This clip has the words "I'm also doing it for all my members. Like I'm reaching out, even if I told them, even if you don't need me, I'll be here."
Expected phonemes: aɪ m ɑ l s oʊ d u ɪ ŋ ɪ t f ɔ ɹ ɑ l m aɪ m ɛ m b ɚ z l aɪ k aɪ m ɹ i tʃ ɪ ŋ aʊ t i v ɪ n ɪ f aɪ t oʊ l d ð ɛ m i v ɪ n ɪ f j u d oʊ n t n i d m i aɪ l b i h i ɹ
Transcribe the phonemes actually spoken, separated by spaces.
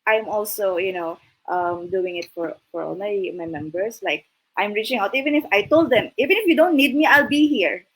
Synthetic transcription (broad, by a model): aɪ m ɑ l s oʊ d u ɪ ŋ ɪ t f ɔ ɹ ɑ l m aɪ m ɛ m b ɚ s l aɪ k aɪ m ɹ i tʃ ɪ ŋ aʊ t i v ɪ n ɪ f aɪ t oʊ l d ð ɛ m i v ɪ n ɪ f j u d oʊ n t n i d m i aɪ l b i h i ɹ